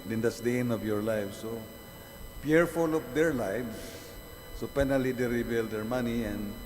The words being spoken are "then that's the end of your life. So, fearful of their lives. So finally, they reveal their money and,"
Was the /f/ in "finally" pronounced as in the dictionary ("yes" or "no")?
no